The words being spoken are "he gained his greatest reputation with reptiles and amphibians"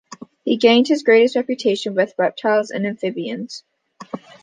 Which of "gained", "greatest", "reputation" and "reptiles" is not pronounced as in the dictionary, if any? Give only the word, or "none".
none